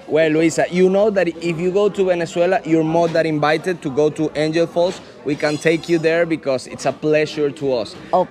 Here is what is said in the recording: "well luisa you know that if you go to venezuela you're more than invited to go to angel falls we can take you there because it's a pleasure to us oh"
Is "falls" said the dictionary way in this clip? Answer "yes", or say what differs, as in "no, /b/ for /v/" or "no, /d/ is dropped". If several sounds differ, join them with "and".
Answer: no, /s/ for /z/